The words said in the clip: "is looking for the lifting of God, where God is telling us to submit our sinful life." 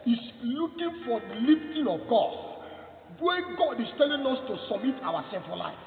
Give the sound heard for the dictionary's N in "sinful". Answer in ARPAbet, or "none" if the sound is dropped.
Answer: none